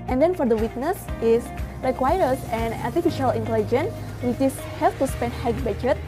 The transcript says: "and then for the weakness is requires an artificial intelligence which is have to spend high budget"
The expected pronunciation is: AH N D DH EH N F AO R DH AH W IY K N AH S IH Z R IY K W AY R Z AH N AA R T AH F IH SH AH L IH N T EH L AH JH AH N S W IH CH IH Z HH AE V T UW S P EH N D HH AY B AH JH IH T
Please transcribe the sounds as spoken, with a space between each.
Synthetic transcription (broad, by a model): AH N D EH N F AO R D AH W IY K N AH S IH S R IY K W AY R S AH N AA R T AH F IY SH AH L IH N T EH L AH JH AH N W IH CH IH S HH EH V T UW S P EH N D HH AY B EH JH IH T